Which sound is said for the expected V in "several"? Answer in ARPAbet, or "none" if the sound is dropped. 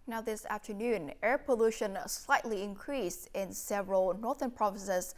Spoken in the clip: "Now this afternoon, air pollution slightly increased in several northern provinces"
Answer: V